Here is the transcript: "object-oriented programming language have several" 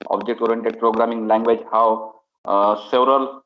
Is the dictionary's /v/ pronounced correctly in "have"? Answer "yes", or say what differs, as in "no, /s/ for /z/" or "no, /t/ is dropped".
no, /w/ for /v/